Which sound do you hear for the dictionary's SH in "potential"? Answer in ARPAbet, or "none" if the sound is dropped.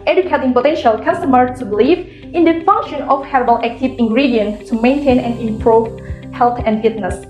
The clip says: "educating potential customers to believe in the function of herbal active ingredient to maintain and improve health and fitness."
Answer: SH